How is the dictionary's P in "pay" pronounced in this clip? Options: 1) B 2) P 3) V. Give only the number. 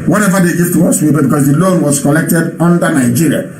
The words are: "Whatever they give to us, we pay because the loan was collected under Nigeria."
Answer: 1